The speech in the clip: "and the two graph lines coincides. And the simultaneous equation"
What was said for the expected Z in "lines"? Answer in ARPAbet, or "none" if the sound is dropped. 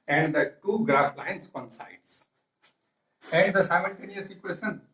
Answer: S